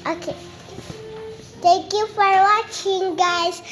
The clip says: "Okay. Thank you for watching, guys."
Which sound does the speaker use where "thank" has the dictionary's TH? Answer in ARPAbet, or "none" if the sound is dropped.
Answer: T